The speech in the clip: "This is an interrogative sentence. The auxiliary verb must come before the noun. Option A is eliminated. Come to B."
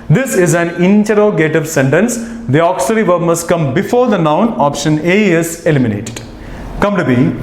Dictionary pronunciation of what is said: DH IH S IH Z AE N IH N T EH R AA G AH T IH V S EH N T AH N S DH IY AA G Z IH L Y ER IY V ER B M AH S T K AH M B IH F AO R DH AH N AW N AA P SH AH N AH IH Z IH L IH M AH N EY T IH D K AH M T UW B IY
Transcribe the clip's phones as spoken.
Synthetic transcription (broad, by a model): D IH S IH Z AE N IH N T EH R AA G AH T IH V S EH N T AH N S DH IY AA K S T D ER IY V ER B M AH S T K AH M B IH F AO R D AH N AW N AA P SH AH N AH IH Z IH L IH M AH N EY T IH D K AH M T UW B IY